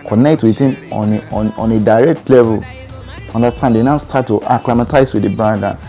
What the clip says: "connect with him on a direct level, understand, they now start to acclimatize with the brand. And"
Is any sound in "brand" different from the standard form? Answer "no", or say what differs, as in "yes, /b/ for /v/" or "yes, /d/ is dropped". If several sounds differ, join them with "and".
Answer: yes, /ɹ/ is dropped and /n/ is dropped